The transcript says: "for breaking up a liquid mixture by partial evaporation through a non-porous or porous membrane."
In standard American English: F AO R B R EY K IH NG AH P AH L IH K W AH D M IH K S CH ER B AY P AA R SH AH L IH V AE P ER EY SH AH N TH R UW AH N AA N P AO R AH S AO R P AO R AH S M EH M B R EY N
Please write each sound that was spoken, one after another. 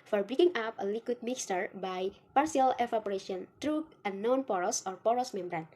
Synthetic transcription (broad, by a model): F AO R B R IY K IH NG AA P AH L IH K W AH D M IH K S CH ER B AY P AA R S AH L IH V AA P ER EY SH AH N T R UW AH N AA N P AO R AH S AO R P AO R AH S M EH M B R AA N